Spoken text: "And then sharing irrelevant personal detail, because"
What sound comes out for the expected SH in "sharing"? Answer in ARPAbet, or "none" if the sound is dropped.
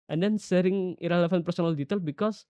S